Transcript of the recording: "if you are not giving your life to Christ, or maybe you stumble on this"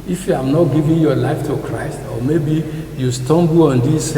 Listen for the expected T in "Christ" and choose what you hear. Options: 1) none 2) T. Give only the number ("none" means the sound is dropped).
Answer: 2